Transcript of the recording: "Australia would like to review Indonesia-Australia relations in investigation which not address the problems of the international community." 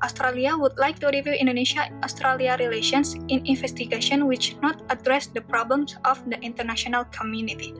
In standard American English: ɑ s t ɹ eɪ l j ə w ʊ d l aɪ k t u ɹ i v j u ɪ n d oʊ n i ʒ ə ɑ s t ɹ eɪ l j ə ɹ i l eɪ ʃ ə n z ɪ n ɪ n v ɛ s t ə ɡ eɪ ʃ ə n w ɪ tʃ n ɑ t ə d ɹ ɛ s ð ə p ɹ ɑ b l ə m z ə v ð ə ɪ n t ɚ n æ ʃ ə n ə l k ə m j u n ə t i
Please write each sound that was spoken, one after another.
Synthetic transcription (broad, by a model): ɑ s t ɹ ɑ l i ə w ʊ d l aɪ k t u ɹ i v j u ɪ n d oʊ n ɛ ʃ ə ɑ s t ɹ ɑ l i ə ɹ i l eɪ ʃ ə n s ɪ n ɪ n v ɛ s t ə ɡ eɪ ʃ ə n w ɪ tʃ n ɑ t ə d ɹ ɛ s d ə p ɹ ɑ b l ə m s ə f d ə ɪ n t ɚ n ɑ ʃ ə n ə l k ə m j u n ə t i